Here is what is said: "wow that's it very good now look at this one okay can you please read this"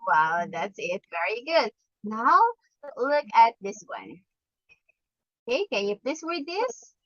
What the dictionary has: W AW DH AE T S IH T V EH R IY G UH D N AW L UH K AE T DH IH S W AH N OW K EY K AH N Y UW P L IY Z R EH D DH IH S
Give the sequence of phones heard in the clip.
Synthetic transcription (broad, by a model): W AW DH AE T S IH T V EH R IY G UH D N AW L UH K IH T DH IH S W AH N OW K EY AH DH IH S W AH R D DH IH S